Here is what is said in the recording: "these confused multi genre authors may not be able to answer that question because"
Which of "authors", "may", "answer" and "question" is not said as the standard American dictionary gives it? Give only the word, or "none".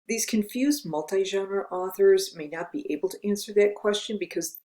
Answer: none